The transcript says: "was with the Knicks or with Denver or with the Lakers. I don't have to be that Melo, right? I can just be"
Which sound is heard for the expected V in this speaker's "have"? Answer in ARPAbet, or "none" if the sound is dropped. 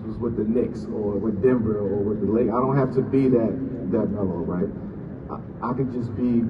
F